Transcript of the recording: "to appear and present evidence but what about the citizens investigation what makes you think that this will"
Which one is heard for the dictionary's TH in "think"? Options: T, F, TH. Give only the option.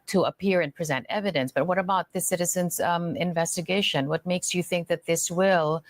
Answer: TH